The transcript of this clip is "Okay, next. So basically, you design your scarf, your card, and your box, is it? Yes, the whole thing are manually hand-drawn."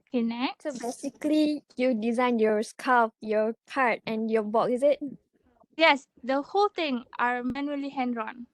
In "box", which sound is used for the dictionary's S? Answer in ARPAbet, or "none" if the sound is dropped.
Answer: none